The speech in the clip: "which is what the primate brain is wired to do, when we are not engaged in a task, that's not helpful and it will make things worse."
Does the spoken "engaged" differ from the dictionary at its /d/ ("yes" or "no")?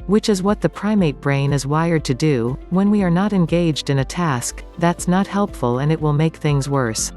no